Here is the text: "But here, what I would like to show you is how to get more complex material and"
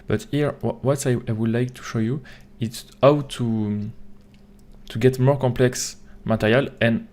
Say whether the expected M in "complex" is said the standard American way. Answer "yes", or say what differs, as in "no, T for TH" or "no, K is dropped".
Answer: yes